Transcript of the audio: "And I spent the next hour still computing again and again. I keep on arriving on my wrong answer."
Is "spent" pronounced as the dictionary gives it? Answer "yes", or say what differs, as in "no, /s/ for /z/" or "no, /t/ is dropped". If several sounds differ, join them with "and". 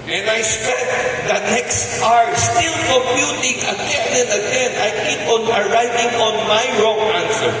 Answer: no, /n/ is dropped